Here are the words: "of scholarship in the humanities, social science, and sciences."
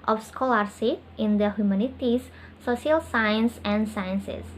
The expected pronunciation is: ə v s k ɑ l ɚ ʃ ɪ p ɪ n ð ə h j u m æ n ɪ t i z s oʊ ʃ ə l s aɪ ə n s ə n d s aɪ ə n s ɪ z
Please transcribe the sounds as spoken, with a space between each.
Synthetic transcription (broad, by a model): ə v s k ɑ l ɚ s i ɪ n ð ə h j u m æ n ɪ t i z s oʊ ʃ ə l s aɪ ə n s ə n d s aɪ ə n s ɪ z